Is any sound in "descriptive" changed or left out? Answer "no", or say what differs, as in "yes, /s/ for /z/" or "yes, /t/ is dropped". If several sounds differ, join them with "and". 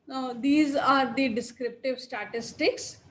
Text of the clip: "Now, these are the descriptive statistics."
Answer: no